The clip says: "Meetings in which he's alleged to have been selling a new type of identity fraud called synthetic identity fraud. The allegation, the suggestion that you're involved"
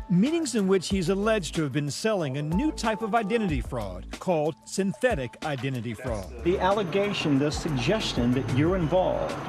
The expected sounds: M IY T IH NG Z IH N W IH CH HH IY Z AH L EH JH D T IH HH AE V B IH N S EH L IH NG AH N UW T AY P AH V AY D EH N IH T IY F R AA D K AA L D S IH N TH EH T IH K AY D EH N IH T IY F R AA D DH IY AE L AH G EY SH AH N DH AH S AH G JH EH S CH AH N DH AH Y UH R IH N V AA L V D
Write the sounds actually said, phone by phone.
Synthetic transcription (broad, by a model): M IY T IH NG Z IH N W IH CH HH IY Z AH L EH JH T IH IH V B IH N S EH L IH NG AH N UW T AY P AH V AY D EH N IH T IY F R AA D K AA L D S IH N TH EH T IH K AY D EH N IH T IY F R AA D DH IY AE L AH G EY SH AH N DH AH S AH G JH EH S CH AH N DH AH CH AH R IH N V AA L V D